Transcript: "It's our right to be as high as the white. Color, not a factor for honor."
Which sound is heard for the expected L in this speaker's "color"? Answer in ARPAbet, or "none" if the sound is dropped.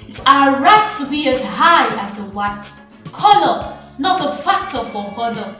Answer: N